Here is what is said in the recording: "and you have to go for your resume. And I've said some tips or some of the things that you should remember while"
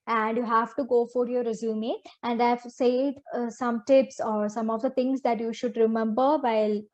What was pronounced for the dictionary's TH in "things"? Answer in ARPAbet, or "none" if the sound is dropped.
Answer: T